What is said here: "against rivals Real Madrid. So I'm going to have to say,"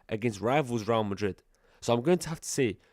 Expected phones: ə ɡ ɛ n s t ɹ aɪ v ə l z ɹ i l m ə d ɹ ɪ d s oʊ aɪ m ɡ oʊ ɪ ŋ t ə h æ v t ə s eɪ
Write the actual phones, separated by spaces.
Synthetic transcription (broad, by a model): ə ɡ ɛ n s t ɹ aɪ v ə l z ɹ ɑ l m ə d ɹ ɪ d s oʊ aɪ m ɡ oʊ ɪ ŋ t ə h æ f t ə s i